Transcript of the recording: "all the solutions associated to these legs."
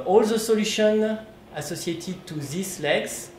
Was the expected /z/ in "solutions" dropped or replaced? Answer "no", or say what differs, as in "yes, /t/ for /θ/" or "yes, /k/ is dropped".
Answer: yes, /z/ is dropped